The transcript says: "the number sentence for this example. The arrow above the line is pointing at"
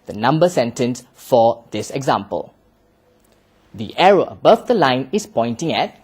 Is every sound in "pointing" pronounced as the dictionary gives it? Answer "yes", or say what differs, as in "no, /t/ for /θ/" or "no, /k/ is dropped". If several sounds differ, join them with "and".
yes